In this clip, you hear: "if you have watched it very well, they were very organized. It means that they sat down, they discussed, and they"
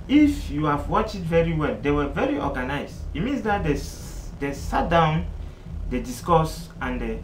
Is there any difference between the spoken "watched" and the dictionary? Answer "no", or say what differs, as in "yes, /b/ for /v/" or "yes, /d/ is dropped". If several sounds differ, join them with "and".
yes, /t/ is dropped